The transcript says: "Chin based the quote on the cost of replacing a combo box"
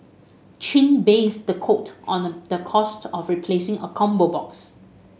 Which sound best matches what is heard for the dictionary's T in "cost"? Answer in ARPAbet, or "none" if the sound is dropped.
T